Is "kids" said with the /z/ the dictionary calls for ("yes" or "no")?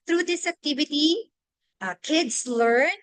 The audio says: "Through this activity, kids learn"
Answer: no